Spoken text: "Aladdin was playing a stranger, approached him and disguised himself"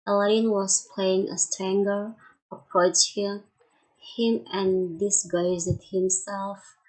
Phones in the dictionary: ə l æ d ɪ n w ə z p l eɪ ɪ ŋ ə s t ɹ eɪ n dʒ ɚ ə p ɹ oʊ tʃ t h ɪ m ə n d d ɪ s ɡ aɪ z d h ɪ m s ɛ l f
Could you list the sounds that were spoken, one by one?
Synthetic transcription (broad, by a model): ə l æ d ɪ n w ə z p l eɪ ɪ ŋ ə s t eɪ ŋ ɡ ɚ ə p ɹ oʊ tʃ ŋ h ɪ m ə n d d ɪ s ɡ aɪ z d h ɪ m s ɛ l f